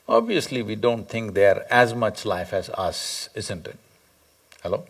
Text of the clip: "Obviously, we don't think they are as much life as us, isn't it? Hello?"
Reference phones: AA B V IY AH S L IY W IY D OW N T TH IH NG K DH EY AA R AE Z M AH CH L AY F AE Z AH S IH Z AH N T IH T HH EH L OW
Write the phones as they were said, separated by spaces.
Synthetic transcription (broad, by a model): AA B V IY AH S L IY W IY D OW N T T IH NG K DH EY R AE Z M AH CH L AY F AE Z AH S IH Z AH N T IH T HH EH L OW